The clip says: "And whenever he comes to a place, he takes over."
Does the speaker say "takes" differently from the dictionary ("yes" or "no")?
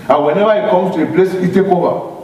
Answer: yes